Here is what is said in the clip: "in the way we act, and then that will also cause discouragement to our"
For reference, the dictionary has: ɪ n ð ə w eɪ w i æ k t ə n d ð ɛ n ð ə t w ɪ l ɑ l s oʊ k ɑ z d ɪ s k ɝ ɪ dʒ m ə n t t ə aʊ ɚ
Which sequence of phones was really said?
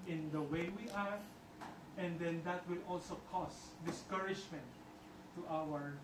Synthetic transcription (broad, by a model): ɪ n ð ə w eɪ w i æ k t ə n d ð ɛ n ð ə t w ɪ l ɑ l s oʊ k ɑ s d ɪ s k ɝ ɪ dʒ m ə n t t aʊ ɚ